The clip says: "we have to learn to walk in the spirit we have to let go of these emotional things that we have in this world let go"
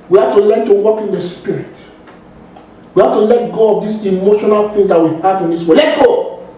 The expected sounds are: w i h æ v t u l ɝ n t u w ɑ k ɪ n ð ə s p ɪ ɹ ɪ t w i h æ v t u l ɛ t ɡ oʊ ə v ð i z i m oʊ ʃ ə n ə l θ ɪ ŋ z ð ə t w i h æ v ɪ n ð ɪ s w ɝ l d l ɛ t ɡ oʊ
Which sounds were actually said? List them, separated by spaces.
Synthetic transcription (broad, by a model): w i h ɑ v t u l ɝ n t u w ɑ k ɪ n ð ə s p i ɹ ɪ t w i h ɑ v t u l ɛ t ɡ oʊ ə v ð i s i m oʊ ʃ ə n ə l f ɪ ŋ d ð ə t w i h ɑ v ɪ n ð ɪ s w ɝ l l ɛ t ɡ oʊ